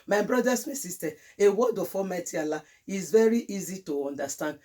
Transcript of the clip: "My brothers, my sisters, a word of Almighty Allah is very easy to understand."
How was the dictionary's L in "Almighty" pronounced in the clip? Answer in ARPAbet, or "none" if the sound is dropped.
none